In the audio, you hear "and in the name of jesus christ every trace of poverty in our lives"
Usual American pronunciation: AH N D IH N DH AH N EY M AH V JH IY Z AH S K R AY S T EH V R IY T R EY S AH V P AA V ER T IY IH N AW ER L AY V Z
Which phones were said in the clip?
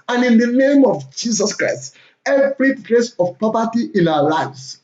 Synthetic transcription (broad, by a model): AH N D IH N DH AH N EY M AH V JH IY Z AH S K R AY S T EH V R IY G R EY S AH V P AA P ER T IY IH N AW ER L AY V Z